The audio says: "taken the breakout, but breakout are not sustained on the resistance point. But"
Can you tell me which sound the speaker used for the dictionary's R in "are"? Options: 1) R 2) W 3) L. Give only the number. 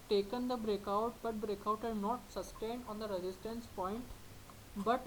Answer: 3